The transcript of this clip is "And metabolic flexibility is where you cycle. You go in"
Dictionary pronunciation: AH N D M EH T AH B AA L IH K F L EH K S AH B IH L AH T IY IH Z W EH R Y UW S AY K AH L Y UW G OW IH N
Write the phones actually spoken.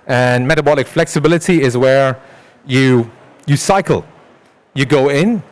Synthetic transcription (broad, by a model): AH N M EH T AH B AA L IH K F L EH K S AH B IH L AH T IY IH Z W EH R Y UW S AY K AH L Y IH G OW IH N